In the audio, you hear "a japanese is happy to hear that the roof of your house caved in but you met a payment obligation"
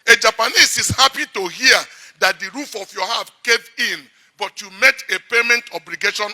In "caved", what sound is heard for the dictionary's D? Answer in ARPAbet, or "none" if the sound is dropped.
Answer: none